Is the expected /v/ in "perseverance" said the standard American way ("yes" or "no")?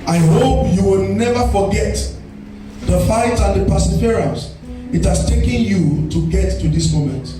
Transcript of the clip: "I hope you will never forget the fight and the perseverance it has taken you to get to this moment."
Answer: no